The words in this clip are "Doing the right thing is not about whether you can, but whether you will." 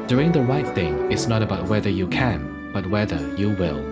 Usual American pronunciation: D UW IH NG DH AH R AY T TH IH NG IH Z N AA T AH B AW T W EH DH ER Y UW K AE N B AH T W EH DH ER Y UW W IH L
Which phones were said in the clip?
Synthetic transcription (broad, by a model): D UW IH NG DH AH R AY T TH IH NG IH S N AA T AH B AW T W EH DH ER Y UW K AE N B AH T W EH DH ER Y UW W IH L